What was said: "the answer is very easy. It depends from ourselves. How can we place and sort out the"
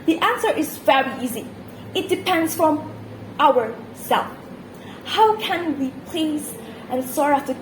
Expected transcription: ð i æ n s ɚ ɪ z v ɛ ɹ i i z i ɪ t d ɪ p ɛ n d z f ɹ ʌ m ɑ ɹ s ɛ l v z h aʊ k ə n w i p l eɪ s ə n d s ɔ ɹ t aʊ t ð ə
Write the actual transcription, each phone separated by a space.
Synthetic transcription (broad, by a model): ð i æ n s ɚ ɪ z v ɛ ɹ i i z i ɪ t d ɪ p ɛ n d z f ɹ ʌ m ɑ ɹ s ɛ l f h aʊ k ə n w i p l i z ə n s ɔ ɹ aʊ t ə